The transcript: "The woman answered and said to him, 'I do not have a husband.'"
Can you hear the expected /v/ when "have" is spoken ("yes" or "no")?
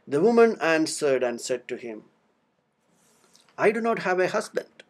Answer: yes